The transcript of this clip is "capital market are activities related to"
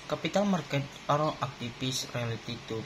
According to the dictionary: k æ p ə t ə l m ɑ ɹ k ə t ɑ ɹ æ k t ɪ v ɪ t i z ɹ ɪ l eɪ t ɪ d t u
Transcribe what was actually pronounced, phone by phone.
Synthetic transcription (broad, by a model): k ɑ p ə t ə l m ɑ ɹ k ə t ɑ ɹ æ t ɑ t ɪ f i s ɹ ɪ l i t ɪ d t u